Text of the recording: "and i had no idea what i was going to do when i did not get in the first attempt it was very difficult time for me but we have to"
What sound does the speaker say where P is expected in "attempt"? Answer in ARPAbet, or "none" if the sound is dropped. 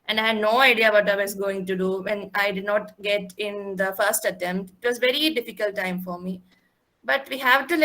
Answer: P